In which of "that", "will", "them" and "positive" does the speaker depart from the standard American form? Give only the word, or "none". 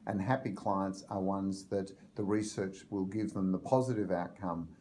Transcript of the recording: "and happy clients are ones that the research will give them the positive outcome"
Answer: none